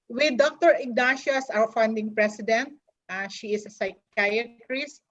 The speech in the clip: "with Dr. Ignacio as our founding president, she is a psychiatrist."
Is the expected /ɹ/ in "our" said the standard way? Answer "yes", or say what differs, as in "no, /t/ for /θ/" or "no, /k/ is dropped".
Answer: no, /w/ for /ɹ/